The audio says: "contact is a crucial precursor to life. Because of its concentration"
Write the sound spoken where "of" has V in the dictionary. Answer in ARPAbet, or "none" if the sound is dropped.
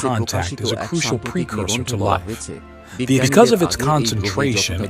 V